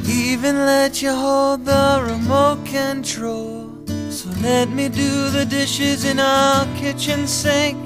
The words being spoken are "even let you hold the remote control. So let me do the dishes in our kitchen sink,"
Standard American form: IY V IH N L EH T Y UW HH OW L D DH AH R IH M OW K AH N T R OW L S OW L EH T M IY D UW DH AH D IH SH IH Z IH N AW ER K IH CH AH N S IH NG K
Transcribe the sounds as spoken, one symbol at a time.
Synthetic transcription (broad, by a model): IY V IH N L EH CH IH HH OW L D DH AH R IH M OW K AH N T R OW L S OW L EH T M IY D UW DH AH D IH SH IH Z IH N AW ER K IH CH AH N S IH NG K